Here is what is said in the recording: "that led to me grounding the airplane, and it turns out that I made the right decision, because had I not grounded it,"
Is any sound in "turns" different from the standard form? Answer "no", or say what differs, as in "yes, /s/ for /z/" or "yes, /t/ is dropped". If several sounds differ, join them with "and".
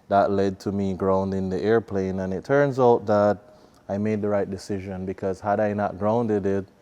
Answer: no